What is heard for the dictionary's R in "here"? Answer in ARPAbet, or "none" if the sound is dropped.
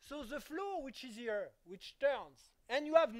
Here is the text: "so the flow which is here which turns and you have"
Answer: R